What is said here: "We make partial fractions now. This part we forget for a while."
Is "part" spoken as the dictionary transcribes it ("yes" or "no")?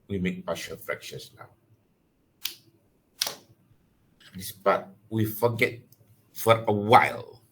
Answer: no